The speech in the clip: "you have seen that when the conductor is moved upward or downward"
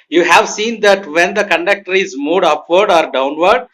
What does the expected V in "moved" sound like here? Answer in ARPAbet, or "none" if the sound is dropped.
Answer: none